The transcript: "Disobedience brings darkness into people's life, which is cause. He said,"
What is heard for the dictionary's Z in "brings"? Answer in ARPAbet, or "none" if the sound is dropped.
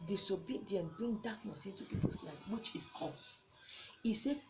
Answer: none